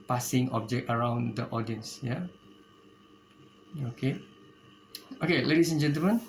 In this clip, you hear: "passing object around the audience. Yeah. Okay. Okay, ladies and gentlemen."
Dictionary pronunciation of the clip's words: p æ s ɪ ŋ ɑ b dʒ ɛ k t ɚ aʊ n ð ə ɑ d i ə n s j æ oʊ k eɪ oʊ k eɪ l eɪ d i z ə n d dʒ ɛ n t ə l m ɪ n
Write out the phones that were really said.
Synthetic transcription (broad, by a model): p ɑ s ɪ ŋ ɑ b dʒ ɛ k t ɚ aʊ n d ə ɑ d i ə n s j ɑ oʊ k eɪ oʊ k eɪ l eɪ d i s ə n dʒ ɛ n t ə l m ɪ n